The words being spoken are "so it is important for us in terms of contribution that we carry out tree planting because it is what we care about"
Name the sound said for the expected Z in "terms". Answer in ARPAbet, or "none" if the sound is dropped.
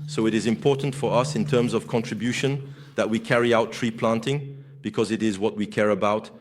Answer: Z